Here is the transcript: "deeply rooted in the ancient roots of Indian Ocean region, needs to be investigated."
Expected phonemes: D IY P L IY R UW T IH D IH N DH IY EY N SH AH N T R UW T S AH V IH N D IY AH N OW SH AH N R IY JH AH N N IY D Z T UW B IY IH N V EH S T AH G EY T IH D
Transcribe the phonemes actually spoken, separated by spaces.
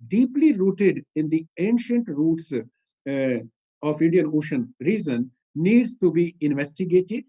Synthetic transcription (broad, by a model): D IY P L IY R UW T IH D IH N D IY EY N SH AH N T R UW T S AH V IH N D IY AH N OW SH AH N R IY Z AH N N IY D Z T UW B IY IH N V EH S T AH G EY T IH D